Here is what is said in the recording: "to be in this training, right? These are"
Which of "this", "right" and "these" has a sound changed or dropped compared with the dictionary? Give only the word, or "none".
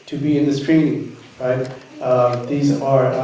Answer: none